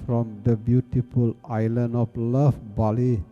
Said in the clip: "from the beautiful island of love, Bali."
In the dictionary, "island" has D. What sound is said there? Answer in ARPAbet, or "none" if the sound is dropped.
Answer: none